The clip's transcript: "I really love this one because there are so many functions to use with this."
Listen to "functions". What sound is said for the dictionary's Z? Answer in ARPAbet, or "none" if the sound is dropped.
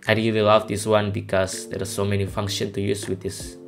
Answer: none